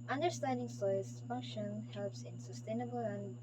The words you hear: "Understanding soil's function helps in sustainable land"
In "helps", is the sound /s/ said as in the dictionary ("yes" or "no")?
yes